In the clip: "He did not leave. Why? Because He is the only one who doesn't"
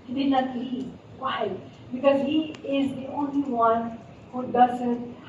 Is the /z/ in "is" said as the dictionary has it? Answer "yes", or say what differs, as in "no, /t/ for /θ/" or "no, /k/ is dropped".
yes